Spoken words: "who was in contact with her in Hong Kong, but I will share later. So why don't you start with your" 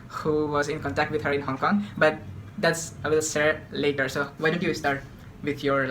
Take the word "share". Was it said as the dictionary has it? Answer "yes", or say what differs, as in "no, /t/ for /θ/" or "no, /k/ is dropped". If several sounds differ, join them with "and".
no, /s/ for /ʃ/